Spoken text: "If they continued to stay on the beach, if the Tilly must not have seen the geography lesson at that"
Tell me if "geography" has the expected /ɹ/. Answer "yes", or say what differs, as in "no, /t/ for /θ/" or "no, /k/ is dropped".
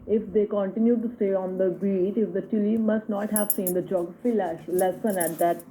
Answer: no, /ɹ/ is dropped